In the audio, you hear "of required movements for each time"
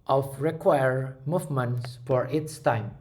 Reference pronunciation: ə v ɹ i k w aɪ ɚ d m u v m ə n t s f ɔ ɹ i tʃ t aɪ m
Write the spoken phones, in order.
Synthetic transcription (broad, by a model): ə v ɹ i k w aɪ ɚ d m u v m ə n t s f ɔ ɹ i s t aɪ m